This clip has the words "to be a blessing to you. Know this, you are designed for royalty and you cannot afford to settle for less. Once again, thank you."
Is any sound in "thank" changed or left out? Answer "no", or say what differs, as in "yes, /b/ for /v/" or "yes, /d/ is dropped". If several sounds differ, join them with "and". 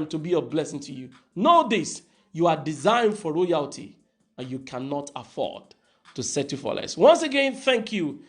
no